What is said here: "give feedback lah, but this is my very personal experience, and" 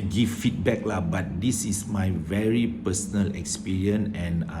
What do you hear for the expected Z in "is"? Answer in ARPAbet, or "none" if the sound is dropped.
S